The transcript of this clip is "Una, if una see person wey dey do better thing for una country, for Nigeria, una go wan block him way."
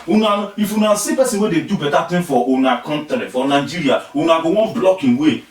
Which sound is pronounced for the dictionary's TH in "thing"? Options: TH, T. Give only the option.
T